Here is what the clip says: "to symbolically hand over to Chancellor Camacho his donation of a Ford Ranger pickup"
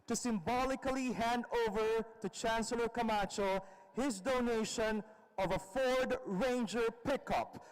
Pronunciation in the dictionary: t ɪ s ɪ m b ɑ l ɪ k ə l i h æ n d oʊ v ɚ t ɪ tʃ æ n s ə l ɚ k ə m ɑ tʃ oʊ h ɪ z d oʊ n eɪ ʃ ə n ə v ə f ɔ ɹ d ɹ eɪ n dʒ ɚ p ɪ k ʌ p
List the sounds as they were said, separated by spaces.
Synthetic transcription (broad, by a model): t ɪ s ɪ m b ɑ l ɪ k ə l i h æ n d oʊ v ɚ t ɪ tʃ æ n s ə l ɚ k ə m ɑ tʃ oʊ h ɪ z d oʊ n eɪ ʃ ə n ə v ə f ɔ ɹ d ɹ eɪ n dʒ ɚ p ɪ k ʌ p